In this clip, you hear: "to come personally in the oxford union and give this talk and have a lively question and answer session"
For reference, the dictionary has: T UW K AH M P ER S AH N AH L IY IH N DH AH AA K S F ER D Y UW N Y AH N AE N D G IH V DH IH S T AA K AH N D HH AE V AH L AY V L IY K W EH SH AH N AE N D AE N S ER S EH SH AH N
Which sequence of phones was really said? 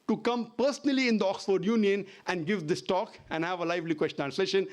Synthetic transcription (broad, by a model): T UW K AH M P ER S AH N AH L IY IH N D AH AA K S F ER D Y UW N Y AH N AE N D G IH V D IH S T AA K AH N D HH AE V AH L AY V L IY K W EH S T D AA N S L EH SH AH N